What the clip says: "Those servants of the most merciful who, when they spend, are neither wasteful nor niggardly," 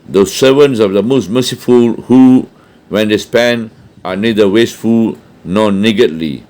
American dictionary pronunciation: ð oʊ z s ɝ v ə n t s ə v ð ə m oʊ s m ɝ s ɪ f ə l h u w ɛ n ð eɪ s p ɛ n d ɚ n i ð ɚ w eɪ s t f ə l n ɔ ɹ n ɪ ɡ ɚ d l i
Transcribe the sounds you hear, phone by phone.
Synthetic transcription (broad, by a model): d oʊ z s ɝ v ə n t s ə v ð ə m oʊ s m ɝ s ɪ f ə l h u w ɛ n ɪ s p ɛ n ɑ n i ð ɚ w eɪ s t f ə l n ɔ n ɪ ɡ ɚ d l i